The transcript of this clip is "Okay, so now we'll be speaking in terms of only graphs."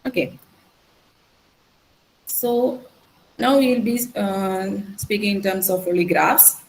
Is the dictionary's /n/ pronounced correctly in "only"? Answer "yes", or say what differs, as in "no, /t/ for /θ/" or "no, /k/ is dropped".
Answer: no, /n/ is dropped